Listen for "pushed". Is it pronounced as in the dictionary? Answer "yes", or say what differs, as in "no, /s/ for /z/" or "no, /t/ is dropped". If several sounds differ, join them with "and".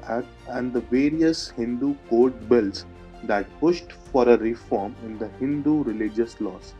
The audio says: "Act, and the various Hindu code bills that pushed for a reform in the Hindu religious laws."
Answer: yes